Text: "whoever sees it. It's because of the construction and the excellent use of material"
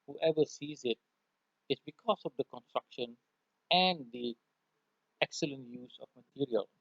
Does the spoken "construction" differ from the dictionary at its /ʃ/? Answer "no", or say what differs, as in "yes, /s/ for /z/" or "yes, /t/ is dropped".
no